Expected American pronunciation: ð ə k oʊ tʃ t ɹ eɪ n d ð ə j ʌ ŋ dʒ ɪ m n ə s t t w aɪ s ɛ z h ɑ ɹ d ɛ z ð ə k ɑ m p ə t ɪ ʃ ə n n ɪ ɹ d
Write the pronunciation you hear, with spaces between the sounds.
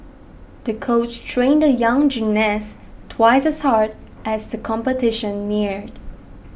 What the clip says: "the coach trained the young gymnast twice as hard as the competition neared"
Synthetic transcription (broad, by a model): ð ə k oʊ tʃ t ɹ eɪ n d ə j ʌ ŋ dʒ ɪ n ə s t t w aɪ s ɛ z h ɑ ɹ d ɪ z ð ə k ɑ m p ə t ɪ ʃ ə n n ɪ ɹ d